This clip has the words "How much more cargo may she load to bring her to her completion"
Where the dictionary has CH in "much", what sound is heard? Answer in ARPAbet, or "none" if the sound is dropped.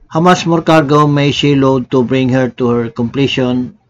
S